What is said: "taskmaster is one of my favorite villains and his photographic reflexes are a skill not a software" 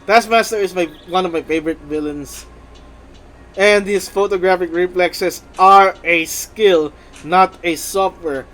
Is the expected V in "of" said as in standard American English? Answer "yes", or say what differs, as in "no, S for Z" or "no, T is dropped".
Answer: yes